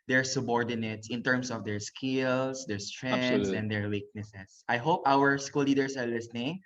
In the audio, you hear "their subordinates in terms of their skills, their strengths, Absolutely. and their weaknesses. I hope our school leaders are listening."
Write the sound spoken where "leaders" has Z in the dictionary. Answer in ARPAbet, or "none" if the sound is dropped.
S